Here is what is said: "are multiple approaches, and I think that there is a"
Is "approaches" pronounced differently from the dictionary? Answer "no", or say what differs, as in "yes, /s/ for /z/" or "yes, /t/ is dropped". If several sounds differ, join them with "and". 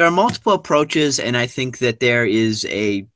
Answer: no